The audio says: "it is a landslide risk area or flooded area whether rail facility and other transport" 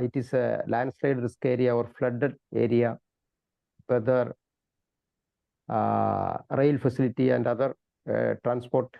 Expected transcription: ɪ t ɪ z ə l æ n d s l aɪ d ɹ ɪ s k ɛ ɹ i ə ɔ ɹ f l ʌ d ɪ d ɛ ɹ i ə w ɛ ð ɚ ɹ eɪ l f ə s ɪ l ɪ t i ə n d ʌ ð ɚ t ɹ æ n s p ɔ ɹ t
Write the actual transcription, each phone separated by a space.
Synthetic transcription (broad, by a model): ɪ t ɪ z ə l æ n d s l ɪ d ɹ ɪ s k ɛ ɹ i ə ɔ ɹ f l ʌ d ɪ d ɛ ɹ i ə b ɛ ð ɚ ɹ eɪ l f ə s ɪ l ɪ t i ə n d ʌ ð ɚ t ɹ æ n s p ɔ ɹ t